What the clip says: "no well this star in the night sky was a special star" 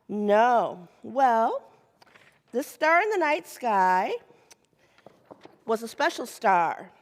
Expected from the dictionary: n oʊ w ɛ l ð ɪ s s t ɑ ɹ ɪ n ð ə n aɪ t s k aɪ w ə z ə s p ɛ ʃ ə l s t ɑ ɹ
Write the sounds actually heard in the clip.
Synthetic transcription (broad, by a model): n oʊ w ɛ l ð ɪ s s t ɑ ɹ ɪ n ð ə n aɪ t s k aɪ w ə z ə s p ɛ ʃ l s t ɑ ɹ